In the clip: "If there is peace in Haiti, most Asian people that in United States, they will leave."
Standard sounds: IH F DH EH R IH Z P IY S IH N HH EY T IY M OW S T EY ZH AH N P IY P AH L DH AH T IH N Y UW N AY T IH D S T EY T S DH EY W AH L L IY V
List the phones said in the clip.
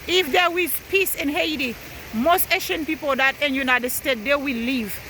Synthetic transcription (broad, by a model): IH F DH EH W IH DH P IY S IH N HH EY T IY M OW S T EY SH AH N P IY P AH L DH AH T IH N Y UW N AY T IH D S T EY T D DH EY W AH L L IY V